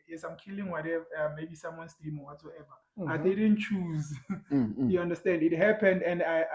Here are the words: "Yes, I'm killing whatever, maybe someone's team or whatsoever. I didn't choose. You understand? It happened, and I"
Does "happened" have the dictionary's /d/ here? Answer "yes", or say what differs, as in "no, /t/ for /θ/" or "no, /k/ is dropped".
yes